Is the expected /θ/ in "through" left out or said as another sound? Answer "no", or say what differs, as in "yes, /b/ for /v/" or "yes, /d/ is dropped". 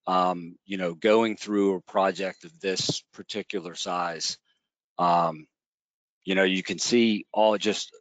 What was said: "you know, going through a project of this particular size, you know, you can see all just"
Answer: no